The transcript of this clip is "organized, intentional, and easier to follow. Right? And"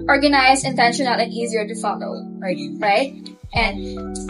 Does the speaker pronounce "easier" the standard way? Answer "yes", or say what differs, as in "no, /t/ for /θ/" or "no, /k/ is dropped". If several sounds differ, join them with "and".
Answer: yes